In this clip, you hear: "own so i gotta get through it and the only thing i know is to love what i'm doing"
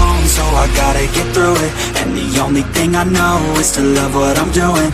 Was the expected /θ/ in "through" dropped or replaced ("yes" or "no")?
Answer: no